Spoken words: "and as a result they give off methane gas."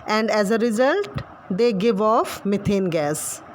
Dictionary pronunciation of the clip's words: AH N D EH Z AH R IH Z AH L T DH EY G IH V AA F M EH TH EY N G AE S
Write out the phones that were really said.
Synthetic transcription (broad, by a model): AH N D EH Z AH R IH Z AH L T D EY G IH V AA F M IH T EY N G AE S